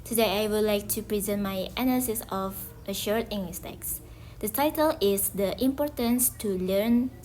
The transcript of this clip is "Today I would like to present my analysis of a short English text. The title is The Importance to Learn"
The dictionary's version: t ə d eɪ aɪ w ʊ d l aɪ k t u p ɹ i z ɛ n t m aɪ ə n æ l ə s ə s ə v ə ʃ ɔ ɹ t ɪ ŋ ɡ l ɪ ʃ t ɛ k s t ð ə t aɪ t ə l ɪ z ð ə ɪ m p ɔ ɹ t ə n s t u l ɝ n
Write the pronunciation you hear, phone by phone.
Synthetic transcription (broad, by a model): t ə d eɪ aɪ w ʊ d l aɪ k t u p ɹ i z ɛ n t m aɪ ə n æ l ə s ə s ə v ə ʃ ɔ ɹ t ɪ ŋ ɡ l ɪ s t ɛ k s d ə t aɪ t ə l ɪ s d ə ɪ m p ɔ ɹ t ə n s t u l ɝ n